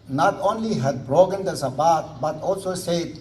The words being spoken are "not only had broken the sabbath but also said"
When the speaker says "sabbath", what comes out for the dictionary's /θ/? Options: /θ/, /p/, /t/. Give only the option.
/t/